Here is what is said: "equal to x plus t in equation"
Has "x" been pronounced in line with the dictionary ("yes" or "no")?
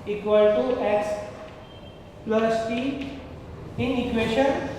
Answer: no